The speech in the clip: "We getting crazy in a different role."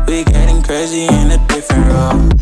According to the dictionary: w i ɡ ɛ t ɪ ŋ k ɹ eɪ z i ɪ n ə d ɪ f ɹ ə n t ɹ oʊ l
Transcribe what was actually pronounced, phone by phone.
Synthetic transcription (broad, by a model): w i ɡ ɛ t ɪ ŋ k ɹ eɪ z i ɪ n ə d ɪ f ə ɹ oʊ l